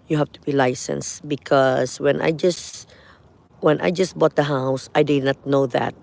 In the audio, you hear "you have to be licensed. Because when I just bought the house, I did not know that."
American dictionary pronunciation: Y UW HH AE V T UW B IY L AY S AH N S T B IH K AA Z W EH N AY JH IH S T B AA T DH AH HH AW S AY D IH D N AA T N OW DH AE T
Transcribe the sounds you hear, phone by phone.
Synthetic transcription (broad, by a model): Y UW HH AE F T UW B IY L AY S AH N S B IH K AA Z W EH N AY JH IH S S B AA T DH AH HH AW S AY D IH D N AA T N OW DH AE T